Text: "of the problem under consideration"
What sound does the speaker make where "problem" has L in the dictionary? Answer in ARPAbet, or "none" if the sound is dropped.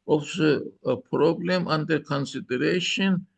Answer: L